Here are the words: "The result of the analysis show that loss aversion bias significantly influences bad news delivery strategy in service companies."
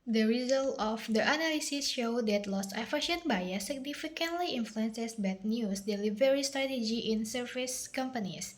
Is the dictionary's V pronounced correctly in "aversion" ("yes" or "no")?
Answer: no